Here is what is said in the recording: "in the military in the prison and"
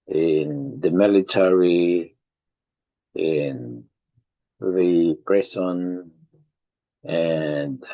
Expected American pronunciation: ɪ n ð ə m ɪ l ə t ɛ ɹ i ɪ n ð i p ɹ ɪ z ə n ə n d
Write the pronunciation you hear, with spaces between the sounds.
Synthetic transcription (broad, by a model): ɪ n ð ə m ɪ l ə t ɛ ɹ i ɪ n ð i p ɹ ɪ s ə n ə n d